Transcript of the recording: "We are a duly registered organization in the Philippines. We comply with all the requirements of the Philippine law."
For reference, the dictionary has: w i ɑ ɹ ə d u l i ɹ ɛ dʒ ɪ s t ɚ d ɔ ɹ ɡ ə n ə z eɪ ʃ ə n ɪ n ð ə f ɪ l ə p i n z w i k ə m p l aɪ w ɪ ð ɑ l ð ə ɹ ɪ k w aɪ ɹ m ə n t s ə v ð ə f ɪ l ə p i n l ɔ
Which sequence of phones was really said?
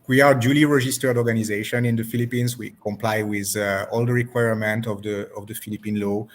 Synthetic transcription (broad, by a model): w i ɑ ɹ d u l i ɹ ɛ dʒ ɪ s t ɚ d ɔ ɹ ɡ ə n ə z eɪ ʃ ə n ɪ n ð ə f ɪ l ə p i n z w i k ə m p l aɪ w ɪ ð ɑ l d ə ɹ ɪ k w aɪ ɹ m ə n t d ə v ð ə f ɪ l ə p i n l ɔ